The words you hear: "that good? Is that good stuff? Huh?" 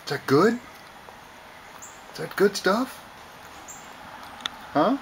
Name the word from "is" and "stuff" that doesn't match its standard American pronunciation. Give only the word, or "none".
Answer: is